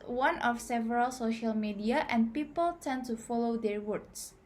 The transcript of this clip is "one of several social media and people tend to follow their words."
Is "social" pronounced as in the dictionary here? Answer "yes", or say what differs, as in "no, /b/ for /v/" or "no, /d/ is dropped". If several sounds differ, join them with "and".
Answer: yes